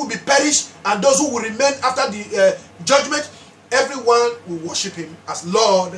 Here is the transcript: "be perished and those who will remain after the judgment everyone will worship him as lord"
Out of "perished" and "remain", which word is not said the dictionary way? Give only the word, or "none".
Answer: none